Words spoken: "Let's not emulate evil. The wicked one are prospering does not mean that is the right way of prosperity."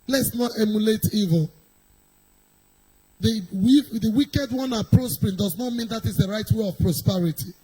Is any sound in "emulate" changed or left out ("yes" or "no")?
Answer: no